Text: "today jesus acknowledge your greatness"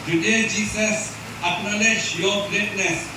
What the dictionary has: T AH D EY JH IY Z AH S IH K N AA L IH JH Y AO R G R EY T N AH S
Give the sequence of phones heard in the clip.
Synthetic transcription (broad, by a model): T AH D EY JH IY S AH S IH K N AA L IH SH Y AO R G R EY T N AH S